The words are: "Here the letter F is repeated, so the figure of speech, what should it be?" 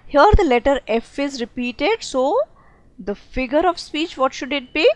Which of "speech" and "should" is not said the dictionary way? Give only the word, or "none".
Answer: none